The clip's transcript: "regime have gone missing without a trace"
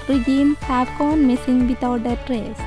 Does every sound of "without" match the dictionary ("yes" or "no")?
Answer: no